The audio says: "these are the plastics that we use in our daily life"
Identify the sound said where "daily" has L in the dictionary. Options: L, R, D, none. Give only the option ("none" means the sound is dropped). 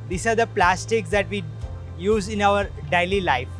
L